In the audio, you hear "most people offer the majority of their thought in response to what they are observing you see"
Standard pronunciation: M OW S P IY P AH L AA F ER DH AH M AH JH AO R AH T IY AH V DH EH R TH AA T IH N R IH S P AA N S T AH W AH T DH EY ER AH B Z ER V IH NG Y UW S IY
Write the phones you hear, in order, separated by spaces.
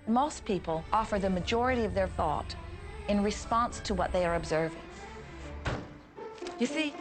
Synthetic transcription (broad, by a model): M OW S P IY P AH L AA F ER DH AH M AH JH AO R AH T IY AH V DH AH R TH AA T IH N R IH S P AA N S T AH W AH T DH EY ER AH B Z ER V IH NG Y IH S IY